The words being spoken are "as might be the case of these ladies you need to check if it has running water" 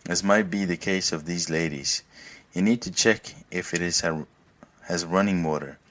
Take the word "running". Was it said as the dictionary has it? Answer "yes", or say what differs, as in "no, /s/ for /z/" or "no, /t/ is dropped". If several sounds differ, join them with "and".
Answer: yes